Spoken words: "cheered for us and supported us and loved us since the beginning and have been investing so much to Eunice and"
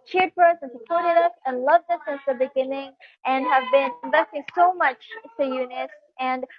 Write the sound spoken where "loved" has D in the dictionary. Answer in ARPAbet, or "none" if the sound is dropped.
D